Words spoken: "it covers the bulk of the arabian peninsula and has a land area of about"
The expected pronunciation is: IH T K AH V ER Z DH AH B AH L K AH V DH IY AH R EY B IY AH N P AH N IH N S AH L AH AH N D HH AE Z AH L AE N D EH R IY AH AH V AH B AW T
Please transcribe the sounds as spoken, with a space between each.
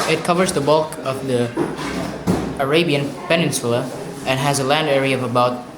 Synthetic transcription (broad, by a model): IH T K AH V ER Z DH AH B AH L K AH V DH IY AH R EY B IY AH N P AH N IH N S AH L AH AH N HH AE Z AH L AE N D EH R IY AH AH V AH B AW T